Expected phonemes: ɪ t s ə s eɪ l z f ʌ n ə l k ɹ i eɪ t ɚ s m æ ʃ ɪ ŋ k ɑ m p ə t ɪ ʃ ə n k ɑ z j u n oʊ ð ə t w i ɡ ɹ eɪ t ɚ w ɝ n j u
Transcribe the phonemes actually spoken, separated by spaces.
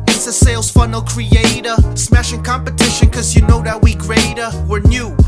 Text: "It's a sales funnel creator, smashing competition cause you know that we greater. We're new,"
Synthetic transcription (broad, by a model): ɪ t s ə s eɪ l z f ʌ n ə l k ɹ i eɪ t ɚ s m æ ʃ ɪ ŋ k ɑ m p ə t ɪ ʃ ə n k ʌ z j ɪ n oʊ ð ə t w i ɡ ɹ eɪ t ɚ w ɝ n j u